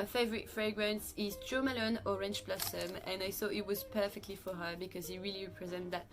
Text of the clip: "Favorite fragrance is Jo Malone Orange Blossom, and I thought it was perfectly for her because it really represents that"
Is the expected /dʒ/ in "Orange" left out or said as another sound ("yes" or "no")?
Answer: yes